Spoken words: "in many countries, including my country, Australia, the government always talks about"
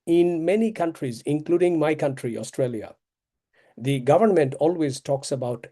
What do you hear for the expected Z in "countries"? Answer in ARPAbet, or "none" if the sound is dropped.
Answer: Z